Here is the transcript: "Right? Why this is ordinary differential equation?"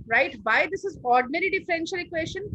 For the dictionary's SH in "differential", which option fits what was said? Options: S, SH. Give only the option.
SH